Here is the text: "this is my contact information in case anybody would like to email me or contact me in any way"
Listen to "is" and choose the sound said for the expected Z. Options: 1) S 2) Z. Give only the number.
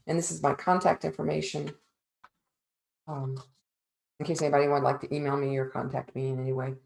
2